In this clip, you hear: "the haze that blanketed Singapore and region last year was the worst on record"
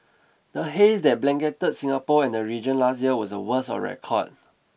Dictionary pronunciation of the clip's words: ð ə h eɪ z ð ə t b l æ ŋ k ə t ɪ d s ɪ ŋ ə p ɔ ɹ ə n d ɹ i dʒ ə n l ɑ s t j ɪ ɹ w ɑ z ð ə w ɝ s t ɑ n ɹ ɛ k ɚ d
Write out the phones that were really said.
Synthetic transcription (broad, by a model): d ə h eɪ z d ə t b l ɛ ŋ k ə t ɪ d s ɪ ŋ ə p ɔ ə n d ɹ i dʒ ə n l ɑ s t j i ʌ w ɑ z ə w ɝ s ɑ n ɹ ɛ k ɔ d